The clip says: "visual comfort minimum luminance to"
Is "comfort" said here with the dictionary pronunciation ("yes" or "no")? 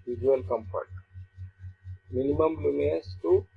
no